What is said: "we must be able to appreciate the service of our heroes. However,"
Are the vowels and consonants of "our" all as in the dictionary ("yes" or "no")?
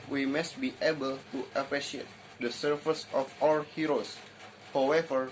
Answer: no